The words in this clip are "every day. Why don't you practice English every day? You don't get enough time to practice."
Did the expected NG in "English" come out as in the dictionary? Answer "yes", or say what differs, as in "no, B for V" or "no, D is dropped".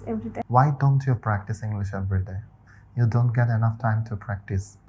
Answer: yes